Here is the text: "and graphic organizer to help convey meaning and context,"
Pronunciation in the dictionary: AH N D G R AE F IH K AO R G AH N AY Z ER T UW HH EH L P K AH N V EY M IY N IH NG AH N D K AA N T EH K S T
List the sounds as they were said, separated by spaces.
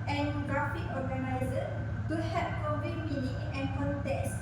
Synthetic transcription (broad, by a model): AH N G R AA F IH K AO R G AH N AY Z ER T UW HH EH P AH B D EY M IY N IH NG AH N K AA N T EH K S